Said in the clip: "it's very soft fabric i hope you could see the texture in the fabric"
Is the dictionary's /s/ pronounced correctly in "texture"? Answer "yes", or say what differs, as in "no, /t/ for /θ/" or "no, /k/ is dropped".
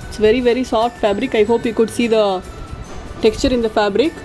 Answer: yes